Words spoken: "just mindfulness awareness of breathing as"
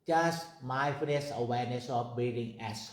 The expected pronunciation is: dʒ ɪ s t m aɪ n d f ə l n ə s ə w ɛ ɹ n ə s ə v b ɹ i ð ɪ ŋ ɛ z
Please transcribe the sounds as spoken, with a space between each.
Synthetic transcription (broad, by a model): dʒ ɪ s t m aɪ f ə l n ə s ə w ɛ ɹ n ə s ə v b i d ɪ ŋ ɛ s